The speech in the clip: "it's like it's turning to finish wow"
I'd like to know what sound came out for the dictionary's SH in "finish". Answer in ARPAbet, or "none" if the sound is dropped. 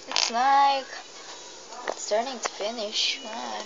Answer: SH